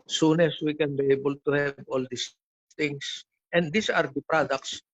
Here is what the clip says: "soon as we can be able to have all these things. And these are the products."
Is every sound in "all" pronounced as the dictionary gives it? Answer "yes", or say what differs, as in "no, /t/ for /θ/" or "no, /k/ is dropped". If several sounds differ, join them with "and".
yes